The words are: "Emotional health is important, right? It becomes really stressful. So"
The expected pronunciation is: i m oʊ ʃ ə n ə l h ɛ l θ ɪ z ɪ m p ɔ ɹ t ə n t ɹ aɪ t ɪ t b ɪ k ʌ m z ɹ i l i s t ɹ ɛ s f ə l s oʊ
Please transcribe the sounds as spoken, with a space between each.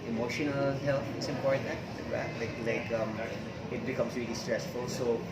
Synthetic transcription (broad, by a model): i m oʊ ʃ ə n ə l h ɛ l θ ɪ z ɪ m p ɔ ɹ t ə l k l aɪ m ɪ t b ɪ k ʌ m s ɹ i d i s t ɹ ɛ s f ə l s oʊ